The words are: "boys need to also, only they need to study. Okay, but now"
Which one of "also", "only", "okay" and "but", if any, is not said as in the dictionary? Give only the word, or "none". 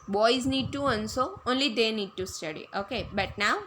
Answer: also